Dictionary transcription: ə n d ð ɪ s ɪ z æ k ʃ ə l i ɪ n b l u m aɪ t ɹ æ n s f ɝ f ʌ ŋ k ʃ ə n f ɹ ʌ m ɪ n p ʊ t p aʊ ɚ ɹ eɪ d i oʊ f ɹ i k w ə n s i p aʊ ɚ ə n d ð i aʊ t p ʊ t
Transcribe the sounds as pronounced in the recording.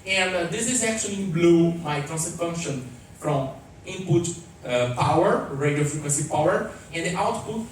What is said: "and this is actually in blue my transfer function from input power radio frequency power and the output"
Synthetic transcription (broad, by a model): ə n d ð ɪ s ɪ z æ k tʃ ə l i b l u m aɪ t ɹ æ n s ɝ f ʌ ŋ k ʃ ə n f ɹ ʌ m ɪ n p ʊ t p aʊ ɚ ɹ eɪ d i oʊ f ɹ i k w ə n s i p aʊ ɚ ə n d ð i aʊ t p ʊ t